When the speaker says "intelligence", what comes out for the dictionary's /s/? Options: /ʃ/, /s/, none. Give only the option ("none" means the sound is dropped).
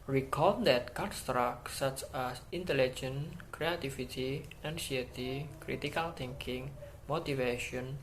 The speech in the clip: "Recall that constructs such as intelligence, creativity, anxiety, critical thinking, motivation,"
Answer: none